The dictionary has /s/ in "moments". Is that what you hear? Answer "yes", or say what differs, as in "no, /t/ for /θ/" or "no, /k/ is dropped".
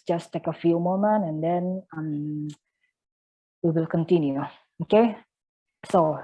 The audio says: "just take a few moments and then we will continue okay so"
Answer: no, /s/ is dropped